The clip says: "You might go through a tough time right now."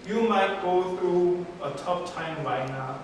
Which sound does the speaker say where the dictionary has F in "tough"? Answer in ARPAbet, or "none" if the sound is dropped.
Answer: P